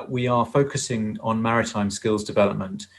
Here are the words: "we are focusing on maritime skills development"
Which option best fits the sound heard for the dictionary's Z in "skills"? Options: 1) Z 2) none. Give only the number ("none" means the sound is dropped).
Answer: 1